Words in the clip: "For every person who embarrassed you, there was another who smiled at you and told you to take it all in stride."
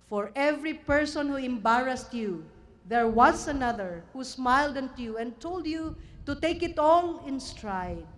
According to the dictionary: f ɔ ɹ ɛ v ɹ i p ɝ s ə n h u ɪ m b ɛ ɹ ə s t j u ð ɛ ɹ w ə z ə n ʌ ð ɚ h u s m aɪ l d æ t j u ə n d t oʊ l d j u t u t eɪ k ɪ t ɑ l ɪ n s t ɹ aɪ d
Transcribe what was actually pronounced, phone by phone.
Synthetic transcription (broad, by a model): f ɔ ɹ ɛ v ɹ i p ɝ s ə n h u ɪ m b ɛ ɹ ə s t j u ð ɛ ɹ w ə s ə n ʌ ð ɚ h u s m aɪ l d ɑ t j u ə n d t oʊ l d j u t u t eɪ k ɪ t ɑ l ɪ n s t ɹ aɪ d